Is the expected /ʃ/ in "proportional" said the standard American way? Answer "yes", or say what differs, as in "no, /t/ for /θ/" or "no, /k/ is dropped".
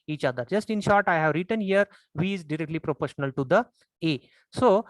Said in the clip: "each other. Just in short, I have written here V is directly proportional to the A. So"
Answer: yes